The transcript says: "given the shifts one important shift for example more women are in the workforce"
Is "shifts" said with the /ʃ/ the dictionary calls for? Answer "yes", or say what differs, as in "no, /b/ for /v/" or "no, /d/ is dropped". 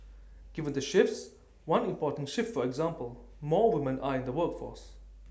yes